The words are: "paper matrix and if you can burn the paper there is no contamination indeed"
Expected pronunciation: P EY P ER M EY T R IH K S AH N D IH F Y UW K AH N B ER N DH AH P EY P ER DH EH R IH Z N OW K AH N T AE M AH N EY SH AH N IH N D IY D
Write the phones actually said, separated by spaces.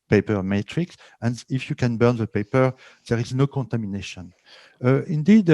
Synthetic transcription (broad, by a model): P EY P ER M EY T R IH K S AH N D IH F Y UW K AH N B ER N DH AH P EY P ER DH EH R IH Z N OW K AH N T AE M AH N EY SH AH N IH N D IY D